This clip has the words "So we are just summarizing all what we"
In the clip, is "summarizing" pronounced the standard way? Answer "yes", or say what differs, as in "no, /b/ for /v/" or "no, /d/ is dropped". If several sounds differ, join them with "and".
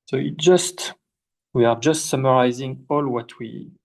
yes